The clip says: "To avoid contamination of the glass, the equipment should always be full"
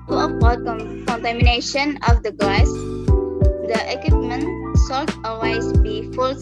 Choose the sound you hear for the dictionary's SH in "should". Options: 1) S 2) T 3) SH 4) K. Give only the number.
1